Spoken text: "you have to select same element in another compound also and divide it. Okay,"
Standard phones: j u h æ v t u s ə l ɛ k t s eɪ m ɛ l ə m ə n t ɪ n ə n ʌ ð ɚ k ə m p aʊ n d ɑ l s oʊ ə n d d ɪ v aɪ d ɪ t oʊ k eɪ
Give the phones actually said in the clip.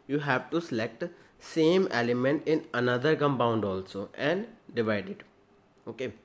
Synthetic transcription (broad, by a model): j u h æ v t u s ə l ɛ k t s eɪ m ɛ l ə m ə n t ɪ n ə n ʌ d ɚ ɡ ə m b aʊ n d ɑ l s oʊ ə n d d ɪ v aɪ d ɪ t oʊ k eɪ